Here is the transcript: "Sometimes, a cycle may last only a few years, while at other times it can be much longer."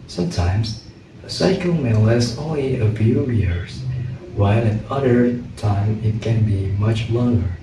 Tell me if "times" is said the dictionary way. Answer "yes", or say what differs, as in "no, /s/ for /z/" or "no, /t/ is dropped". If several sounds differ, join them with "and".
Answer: no, /z/ is dropped